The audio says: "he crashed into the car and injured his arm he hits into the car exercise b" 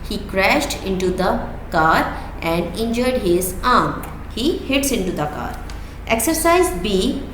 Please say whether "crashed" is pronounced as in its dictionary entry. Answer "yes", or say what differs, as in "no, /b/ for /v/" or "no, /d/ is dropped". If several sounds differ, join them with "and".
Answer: yes